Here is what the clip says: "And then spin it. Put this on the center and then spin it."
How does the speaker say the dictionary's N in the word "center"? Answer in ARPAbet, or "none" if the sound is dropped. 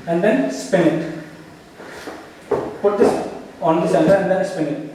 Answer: L